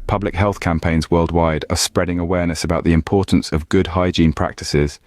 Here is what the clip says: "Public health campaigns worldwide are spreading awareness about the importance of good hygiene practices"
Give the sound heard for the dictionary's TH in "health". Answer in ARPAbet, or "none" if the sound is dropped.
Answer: TH